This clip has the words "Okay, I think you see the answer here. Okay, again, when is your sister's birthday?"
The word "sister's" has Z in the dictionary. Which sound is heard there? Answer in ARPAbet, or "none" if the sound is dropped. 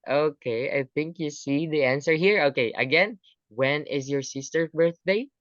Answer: none